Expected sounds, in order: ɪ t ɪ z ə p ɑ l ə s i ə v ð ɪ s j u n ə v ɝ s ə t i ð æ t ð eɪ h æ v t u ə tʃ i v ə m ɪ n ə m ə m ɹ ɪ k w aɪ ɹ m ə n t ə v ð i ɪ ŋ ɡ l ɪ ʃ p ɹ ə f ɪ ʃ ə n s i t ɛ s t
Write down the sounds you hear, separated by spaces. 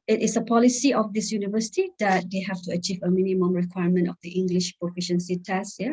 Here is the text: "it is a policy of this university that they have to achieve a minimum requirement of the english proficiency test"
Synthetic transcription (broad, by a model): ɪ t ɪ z ə p ɑ l ə s i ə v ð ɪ s j u n ə v ɝ s ə t i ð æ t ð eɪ h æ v t u ə tʃ i v ə m ɪ n ə m ə m ɹ ɪ k w aɪ ɹ m ə n t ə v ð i ɪ ŋ ɡ l ɪ ʃ p ɹ ə f ɪ ʃ ə n s i t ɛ s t